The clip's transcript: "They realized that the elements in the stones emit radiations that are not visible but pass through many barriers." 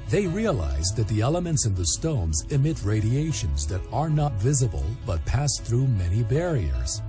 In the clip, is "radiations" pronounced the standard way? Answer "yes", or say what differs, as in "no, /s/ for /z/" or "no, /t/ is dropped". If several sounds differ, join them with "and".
yes